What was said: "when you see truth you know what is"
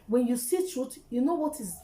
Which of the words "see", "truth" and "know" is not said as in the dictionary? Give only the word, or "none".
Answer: truth